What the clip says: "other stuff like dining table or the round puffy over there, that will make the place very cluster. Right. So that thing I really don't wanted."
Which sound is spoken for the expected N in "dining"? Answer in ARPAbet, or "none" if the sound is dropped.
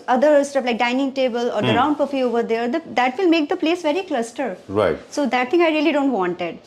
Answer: N